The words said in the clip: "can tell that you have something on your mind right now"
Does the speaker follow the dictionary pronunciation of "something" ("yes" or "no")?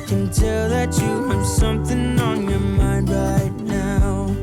yes